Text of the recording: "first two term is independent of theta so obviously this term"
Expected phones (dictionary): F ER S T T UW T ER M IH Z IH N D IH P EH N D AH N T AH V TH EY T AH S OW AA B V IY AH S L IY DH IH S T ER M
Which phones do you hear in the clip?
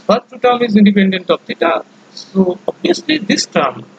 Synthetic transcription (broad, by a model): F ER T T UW T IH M IH Z IH N D IH P EH N D AH N T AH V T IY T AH S OW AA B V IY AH S L IY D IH S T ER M